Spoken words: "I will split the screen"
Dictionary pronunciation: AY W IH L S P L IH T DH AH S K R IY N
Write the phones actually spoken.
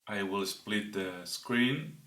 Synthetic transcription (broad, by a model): AY W IH L S P L IH T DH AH S K R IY N